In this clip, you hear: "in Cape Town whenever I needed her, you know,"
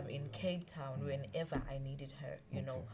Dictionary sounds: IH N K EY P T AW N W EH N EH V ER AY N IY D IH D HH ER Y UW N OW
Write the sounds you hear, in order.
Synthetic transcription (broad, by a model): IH N K EY B T AW N W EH N EH V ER AY N IY D IH D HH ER Y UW N OW